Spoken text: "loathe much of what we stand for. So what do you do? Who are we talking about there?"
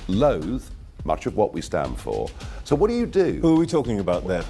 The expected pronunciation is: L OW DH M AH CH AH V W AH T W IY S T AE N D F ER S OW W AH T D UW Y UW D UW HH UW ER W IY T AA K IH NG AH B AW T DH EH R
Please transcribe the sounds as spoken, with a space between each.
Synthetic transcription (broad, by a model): L OW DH M AH CH AH V W AH T W IY S T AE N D F ER S OW W AH T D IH Y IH D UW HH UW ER W IY T AA K IH NG AH B AW T DH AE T